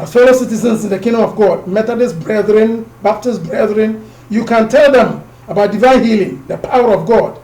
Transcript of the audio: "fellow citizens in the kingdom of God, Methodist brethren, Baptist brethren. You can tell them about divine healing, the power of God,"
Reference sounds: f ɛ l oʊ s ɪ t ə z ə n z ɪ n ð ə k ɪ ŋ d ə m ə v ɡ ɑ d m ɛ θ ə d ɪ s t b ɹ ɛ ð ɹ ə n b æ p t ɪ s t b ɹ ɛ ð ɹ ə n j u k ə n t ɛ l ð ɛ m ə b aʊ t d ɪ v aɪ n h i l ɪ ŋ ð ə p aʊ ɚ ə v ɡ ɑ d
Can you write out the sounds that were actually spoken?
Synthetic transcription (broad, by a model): f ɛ l oʊ s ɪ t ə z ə n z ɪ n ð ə k ɪ ŋ d ə m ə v ɡ ɑ d m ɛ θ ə d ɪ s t b ɹ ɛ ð ɹ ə n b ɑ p t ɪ s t b ɹ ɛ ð ɹ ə n j u k ə n t ɛ l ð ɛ m ə b aʊ t d ɪ v aɪ n h i l ɪ ŋ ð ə p aʊ ɚ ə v ɡ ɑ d